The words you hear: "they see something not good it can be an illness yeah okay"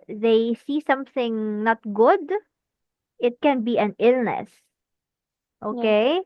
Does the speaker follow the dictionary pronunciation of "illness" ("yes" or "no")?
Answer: yes